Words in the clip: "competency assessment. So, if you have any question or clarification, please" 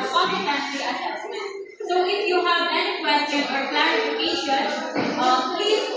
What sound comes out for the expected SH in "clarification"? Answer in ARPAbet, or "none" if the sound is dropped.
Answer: none